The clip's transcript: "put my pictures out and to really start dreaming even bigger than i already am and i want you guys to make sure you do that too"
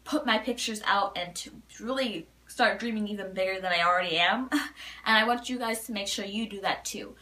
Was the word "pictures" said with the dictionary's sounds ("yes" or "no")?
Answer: yes